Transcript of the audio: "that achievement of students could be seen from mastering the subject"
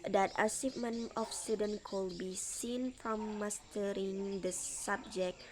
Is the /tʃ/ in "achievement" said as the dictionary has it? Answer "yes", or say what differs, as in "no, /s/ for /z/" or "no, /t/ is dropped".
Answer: no, /s/ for /tʃ/